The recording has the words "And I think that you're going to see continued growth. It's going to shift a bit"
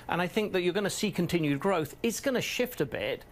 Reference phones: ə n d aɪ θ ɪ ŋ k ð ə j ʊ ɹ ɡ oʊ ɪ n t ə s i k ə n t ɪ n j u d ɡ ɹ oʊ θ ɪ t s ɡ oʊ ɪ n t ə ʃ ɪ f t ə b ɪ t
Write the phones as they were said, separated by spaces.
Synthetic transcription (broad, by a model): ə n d aɪ θ ɪ ŋ k ð ə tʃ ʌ ɹ ɡ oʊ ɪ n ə s i k ə n t ɪ n j u d ɡ ɹ oʊ θ ɪ t s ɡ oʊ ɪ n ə ʃ ɪ f t ə b ɪ t